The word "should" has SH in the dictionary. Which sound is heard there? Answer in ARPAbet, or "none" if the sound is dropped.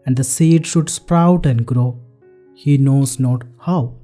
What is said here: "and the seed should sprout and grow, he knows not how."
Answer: SH